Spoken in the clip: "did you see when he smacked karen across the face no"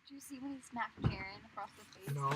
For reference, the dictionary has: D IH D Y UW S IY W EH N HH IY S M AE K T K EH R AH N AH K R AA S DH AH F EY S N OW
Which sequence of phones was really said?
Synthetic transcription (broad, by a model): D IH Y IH S IY W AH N HH IY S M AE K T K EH R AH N AH K R AA S DH AH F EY N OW